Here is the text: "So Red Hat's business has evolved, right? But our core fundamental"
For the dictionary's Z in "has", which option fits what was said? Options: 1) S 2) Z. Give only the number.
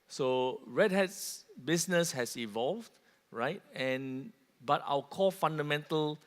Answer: 1